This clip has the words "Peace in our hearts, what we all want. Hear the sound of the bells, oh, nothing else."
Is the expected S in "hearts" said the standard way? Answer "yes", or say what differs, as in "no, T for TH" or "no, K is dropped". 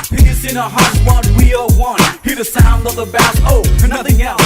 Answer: no, S is dropped